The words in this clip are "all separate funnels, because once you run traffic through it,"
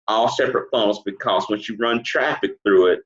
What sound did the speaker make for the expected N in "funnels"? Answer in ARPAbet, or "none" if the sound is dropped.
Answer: none